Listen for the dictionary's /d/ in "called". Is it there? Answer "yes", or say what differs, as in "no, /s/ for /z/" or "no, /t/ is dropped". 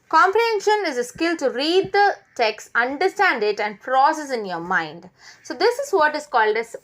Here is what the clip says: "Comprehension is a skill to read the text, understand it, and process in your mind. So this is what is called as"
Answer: yes